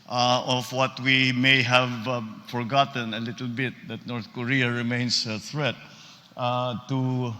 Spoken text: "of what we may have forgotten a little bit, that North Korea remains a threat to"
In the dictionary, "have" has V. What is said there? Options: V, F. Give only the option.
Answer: V